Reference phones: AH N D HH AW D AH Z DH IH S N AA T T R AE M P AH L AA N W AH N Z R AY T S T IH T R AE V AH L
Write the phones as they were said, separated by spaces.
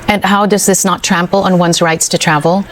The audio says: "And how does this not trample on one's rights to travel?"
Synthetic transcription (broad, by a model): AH N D HH AW D AH Z DH IH S N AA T T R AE M P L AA N W AH N Z R AY T S T IH T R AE V L